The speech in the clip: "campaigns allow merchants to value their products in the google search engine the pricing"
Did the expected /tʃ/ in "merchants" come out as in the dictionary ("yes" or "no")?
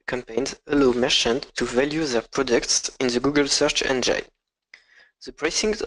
no